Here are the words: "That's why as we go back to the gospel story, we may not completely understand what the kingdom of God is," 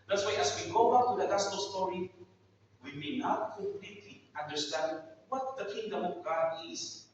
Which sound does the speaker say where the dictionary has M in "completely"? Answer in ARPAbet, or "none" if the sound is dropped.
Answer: none